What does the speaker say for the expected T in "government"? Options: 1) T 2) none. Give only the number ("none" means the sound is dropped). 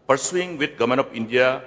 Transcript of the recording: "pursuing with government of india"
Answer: 2